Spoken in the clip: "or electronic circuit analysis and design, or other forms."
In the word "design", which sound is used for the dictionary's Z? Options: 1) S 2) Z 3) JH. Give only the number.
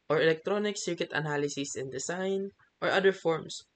1